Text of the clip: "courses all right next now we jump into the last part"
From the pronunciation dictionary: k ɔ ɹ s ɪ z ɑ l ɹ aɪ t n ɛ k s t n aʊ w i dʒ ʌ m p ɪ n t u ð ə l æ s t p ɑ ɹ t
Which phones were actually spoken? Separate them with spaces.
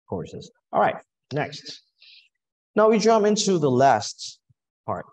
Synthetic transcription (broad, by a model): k ɔ ɹ s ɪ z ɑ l ɹ aɪ t n ɛ k s t n aʊ w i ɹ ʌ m ɪ n t u ð ə l æ s t p ɑ ɹ t